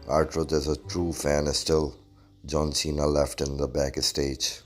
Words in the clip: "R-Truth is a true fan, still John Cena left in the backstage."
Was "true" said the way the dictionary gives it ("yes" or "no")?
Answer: yes